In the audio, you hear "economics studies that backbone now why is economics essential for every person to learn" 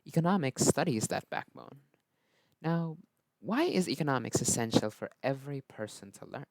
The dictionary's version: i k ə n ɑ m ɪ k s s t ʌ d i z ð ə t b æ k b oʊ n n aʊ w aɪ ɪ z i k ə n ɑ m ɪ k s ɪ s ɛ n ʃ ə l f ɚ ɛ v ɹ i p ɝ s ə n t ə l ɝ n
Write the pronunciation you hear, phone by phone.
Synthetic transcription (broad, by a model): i k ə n ɑ m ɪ k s s t ʌ d i z ð ə t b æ k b oʊ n n aʊ w aɪ ɪ z i k ə n ɑ m ɪ k s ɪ s ɛ n ʃ l f ɚ ɛ v ɹ i p ɝ s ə n t ə l ɝ n